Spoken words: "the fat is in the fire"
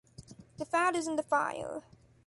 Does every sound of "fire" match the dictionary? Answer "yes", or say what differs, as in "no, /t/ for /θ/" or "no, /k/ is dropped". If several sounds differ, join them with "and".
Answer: no, /l/ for /ɹ/